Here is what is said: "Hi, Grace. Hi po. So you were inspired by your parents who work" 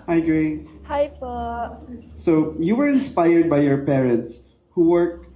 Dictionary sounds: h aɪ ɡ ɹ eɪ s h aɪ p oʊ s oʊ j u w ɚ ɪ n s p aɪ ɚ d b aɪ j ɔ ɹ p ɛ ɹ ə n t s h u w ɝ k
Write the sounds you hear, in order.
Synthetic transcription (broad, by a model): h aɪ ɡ ɹ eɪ h aɪ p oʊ s oʊ j u w ɚ ɪ n s p aɪ ɚ d b aɪ j ɔ ɹ p ɛ ɹ ə n t s h u w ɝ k